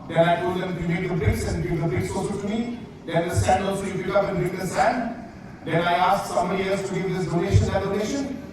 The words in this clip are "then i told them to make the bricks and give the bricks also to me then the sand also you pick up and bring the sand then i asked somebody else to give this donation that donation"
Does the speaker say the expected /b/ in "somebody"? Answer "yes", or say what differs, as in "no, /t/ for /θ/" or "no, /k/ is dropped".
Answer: no, /b/ is dropped